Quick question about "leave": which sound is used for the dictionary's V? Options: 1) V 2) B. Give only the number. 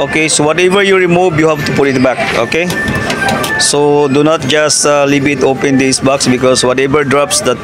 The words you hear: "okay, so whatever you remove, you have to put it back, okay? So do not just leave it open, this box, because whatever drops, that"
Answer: 2